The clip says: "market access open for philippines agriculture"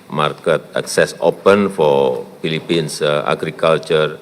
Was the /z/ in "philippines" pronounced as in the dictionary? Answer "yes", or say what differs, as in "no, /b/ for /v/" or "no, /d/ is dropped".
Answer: no, /s/ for /z/